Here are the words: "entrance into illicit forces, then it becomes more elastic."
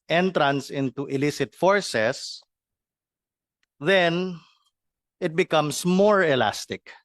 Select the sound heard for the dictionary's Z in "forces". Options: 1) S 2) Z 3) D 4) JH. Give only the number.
1